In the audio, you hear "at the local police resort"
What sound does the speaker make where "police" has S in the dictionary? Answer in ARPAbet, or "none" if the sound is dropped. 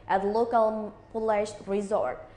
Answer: SH